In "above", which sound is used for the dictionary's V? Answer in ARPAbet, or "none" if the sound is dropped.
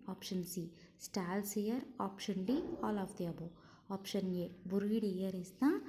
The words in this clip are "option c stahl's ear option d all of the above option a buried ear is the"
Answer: none